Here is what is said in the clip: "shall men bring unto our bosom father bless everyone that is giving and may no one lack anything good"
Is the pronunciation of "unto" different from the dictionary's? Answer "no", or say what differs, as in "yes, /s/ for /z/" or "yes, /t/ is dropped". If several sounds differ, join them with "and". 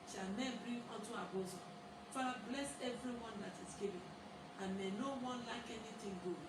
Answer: yes, /n/ is dropped